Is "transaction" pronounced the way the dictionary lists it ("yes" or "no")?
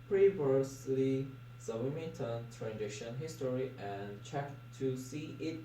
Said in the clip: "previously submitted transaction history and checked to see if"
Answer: no